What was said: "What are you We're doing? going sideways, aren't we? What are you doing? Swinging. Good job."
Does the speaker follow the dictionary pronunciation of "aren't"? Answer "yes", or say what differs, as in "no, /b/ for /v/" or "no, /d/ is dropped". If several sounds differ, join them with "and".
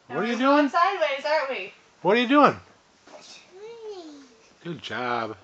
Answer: no, /n/ is dropped